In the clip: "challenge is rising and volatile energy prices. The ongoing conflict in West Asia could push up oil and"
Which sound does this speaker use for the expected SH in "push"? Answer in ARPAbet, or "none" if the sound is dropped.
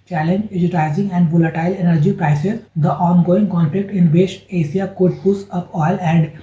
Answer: S